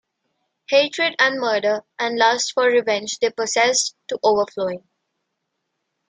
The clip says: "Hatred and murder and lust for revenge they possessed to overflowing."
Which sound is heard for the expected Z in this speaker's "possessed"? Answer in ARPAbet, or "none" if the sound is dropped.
S